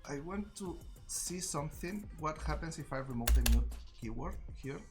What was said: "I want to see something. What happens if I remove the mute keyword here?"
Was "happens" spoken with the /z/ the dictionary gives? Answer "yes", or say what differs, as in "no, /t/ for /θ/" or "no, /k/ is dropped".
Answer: no, /s/ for /z/